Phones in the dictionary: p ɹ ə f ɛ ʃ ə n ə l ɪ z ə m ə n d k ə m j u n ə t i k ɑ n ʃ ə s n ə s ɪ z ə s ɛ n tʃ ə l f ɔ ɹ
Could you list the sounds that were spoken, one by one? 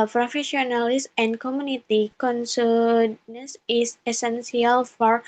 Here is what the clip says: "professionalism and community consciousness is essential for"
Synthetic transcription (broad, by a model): p ɹ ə f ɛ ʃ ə n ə l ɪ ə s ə n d k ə m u n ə t i k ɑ n s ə n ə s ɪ s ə s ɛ n s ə l f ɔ ɹ